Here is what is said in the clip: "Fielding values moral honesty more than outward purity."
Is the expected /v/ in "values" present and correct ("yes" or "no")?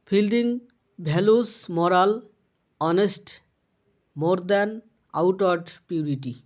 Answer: no